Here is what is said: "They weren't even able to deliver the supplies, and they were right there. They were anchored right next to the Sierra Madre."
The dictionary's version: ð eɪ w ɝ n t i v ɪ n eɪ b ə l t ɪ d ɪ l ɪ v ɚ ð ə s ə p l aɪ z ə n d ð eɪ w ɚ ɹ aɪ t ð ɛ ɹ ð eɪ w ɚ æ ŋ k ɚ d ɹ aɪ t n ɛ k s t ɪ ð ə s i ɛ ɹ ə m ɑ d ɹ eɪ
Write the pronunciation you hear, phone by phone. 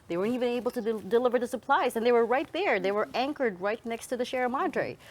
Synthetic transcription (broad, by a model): ð eɪ w ɝ n t i v ɪ n eɪ b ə l t ɪ d ɪ l ɪ v ɚ ð ə s ə p l aɪ z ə n ð eɪ w ɚ ɹ aɪ t ð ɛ ɹ ð eɪ w ɚ æ ŋ k ɚ d ɹ aɪ t n ɛ k s t ɪ ð ə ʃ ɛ ɹ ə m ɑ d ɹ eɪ